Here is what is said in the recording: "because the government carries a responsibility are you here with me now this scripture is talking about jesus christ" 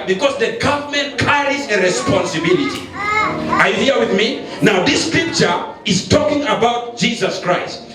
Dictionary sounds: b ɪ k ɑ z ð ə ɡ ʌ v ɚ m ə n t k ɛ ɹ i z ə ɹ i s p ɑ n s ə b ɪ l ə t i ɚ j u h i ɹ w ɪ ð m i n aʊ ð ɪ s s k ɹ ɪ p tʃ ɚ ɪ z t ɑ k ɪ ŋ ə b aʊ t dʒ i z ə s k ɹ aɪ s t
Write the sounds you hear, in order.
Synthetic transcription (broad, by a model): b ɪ k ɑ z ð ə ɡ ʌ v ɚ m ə n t k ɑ ɹ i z ə ɹ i s p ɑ n s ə b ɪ l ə t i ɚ j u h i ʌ w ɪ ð m i n aʊ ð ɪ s s k ɹ ɪ p tʃ ɚ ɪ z t ɑ k ɪ ŋ ə b aʊ t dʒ i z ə s k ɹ aɪ s t